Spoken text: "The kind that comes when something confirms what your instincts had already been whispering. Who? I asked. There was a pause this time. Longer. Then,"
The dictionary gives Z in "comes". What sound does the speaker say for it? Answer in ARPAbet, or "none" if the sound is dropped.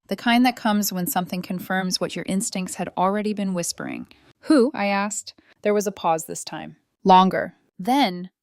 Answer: Z